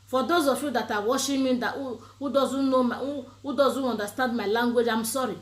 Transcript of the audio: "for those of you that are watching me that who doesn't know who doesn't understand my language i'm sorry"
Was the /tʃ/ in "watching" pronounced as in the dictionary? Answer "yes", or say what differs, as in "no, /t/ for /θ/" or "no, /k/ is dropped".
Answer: no, /ʃ/ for /tʃ/